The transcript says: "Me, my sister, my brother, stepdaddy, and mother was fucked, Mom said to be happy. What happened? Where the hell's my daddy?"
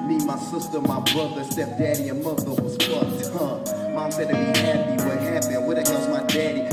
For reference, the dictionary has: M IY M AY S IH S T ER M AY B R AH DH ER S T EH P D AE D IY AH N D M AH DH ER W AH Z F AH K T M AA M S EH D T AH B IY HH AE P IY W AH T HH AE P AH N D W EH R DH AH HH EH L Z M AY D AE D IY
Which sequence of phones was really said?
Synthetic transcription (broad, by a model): M IY M AY S IH S T ER M AY B R AH DH ER S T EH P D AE D IY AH N M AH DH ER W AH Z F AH T M AA M S EH D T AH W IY HH AE P IY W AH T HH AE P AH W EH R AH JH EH Z M AY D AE D IY